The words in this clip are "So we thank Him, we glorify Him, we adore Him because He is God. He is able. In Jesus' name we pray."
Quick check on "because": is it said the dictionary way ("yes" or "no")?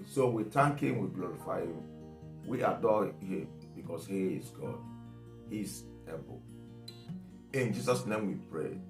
no